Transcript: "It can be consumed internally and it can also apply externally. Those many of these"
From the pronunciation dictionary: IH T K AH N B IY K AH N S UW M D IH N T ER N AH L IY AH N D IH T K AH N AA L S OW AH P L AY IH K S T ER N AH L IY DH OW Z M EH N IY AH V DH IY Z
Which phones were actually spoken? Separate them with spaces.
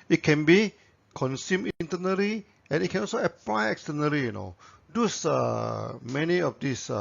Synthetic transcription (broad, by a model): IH T K AH N B IY K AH N S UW M IH N T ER N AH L IY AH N IH T K AH N AA L S OW AH P L AY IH K S T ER N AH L IY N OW S M EH N IY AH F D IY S